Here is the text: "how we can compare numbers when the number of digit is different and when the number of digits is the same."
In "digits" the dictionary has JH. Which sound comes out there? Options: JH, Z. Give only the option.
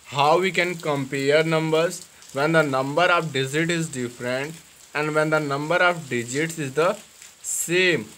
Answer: JH